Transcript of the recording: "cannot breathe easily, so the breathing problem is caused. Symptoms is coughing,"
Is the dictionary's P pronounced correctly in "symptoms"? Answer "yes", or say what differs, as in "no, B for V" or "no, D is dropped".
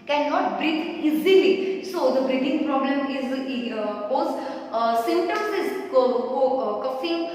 no, P is dropped